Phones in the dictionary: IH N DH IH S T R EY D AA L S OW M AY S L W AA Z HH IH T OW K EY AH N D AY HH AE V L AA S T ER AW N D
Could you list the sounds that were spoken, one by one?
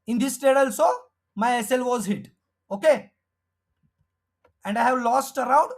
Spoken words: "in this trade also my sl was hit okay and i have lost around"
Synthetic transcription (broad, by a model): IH N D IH S T EY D AA L S OW M AY S L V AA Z HH IH T OW K EY AH N D AY HH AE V L AA S T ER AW N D